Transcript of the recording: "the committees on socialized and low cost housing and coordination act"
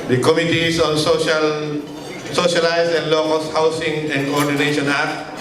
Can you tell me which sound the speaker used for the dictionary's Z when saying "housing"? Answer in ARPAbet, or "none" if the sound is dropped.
S